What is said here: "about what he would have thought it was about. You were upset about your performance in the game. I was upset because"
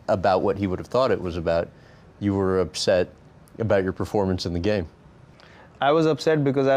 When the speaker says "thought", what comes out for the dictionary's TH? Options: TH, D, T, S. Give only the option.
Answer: TH